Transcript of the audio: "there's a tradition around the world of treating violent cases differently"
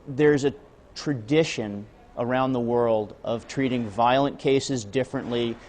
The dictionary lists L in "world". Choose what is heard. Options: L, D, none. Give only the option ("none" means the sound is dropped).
L